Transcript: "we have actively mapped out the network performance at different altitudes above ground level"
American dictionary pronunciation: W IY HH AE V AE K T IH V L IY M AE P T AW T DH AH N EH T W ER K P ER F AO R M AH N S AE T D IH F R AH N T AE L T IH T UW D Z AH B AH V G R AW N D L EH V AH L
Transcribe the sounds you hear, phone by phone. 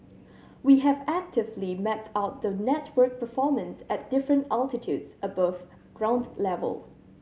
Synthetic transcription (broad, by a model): W IY HH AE V AE K T IH V L IY M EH T AW T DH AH N EH T W ER K P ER F AO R M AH N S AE T D IH F R AH N T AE L T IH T UW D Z AH B AH V G R AW N D L EH V AH L